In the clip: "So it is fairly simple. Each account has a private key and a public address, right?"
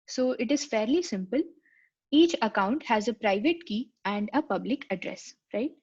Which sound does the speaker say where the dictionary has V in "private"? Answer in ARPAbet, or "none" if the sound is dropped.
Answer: V